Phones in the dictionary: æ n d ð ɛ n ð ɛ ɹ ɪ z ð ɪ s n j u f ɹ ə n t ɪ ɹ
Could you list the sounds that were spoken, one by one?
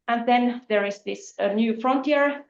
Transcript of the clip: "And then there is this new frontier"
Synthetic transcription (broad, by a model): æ n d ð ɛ n ð ɛ ɹ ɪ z ð ɪ s n j u f ɹ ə n t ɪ ɹ